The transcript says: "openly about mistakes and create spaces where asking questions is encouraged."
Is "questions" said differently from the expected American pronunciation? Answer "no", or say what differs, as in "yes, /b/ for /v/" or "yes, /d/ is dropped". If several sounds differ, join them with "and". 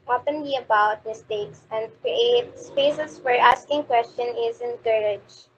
yes, /z/ is dropped